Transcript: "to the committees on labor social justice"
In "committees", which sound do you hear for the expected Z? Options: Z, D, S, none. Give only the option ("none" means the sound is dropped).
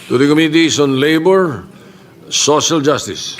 S